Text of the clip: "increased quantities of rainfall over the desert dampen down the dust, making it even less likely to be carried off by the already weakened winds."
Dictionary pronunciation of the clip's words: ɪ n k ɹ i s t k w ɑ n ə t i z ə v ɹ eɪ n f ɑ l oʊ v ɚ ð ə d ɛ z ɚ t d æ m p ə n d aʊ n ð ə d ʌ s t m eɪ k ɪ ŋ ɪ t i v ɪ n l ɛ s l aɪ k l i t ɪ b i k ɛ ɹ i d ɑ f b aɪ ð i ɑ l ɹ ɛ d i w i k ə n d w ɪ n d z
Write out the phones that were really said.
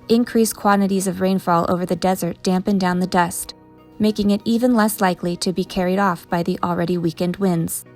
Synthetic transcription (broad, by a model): ɪ n k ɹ i s k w ɑ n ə t i z ə v ɹ eɪ n f ɑ l oʊ v ɚ ð ə d ɛ z ɚ t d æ m p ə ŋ d aʊ n ð ə d ʌ s t m eɪ k ɪ ŋ ɪ t i v ɪ n l ɛ s l aɪ k l i t ɪ b i k ɛ ɹ i d ɑ f b aɪ ð i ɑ l ɹ ɛ d i w i k ə n d w ɪ n d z